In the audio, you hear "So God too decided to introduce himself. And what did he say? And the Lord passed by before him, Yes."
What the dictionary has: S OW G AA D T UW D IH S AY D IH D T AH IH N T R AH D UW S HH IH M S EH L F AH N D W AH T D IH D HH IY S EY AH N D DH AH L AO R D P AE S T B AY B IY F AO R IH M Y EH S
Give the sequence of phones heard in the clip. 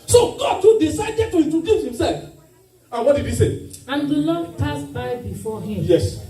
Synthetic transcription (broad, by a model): S OW G AA D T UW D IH S AY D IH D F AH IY T AH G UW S HH IH M S EH L F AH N W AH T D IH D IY S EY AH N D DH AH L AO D P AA S B AY B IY F AO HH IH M Y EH S